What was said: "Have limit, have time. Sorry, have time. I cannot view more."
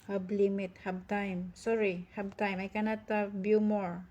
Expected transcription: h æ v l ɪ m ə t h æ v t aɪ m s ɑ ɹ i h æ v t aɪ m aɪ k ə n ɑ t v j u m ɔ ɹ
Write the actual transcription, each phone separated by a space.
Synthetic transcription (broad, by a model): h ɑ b l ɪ m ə t h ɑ b t aɪ m s ɑ ɹ i h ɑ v t aɪ m aɪ k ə n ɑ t b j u m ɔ ɹ